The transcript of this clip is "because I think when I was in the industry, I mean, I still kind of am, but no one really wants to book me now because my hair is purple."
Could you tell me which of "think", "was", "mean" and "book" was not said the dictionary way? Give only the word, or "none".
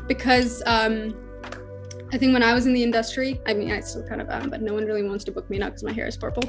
none